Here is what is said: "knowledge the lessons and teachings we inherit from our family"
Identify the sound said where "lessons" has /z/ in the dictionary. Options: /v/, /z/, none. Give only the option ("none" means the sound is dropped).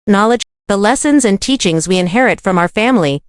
/z/